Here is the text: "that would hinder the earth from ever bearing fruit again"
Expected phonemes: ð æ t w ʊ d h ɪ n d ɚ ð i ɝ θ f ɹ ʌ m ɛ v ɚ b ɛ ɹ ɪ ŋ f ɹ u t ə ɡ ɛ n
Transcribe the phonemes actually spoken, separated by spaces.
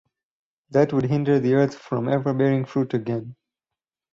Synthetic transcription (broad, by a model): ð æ t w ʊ d h ɪ n d ɚ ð i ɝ t f ɹ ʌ m ɛ v ɚ b ɛ ɹ ɪ ŋ f ɹ u t ə ɡ ɛ n